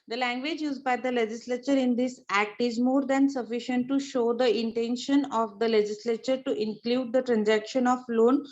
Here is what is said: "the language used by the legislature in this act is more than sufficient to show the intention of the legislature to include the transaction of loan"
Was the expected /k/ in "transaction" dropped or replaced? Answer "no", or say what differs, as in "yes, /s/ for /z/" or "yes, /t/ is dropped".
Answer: no